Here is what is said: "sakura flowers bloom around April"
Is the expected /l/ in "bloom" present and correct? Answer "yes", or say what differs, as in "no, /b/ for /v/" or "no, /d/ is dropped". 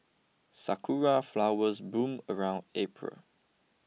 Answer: no, /l/ is dropped